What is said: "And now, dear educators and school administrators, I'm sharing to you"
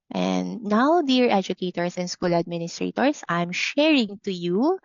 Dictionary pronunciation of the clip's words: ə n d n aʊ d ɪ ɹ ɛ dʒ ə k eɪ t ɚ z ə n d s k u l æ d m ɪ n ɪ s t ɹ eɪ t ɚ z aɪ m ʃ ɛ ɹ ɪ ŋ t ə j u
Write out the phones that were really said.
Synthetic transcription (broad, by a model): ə n d n aʊ d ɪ ɹ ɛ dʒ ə k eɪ t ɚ s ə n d s k u l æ d m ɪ n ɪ s t ɹ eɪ t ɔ s aɪ m ʃ ɛ ɹ ɪ ŋ t ə j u